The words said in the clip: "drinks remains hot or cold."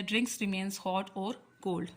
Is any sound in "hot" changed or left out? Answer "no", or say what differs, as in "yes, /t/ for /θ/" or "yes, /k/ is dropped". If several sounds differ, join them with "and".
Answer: no